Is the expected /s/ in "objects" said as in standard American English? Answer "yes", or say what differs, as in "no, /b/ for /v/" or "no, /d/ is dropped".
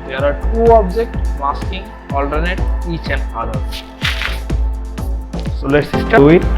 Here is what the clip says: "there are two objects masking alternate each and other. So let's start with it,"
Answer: no, /s/ is dropped